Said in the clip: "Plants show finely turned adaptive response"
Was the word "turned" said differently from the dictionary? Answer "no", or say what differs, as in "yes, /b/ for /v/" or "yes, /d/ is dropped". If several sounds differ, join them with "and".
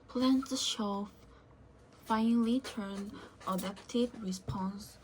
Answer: yes, /d/ is dropped